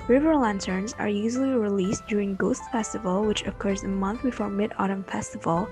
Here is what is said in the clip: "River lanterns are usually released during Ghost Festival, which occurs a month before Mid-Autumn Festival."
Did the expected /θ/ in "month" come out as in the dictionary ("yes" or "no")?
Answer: yes